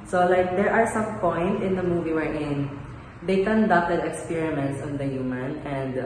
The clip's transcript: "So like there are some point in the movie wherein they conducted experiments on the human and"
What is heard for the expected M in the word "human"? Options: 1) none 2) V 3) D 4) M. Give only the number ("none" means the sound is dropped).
4